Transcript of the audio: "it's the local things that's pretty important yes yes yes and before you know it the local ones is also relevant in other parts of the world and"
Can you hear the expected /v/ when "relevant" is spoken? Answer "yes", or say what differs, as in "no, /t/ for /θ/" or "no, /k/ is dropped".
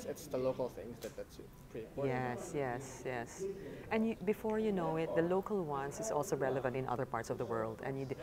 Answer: yes